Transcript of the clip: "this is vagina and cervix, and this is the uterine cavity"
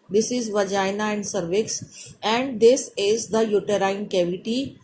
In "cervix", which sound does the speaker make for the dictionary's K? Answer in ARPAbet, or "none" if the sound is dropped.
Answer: K